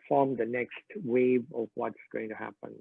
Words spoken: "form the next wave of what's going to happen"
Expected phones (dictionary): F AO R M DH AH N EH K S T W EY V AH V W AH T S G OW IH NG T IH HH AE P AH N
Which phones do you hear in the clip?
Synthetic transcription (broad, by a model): F AO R M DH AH N EH K S T W EY V AH V W AH T S G OW IH NG T IH HH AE P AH N